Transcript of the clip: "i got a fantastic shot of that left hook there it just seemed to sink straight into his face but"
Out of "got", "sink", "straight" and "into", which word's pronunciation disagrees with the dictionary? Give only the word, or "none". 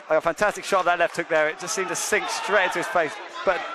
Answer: got